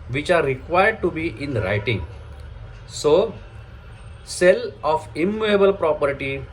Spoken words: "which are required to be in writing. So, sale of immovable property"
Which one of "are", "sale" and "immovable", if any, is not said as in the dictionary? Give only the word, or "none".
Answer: immovable